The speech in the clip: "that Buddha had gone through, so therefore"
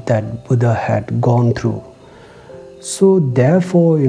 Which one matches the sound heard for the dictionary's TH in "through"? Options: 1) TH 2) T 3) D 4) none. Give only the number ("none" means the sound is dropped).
2